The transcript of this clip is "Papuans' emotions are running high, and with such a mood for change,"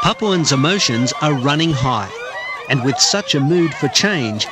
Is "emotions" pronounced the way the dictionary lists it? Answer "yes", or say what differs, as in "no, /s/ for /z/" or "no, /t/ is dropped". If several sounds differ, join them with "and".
yes